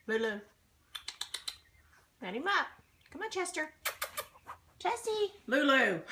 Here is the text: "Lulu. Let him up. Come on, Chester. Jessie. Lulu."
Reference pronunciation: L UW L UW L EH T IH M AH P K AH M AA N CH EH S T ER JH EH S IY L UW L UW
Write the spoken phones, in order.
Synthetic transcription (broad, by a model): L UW L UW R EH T IH M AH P K AH M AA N CH EH S T ER CH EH S IY L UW L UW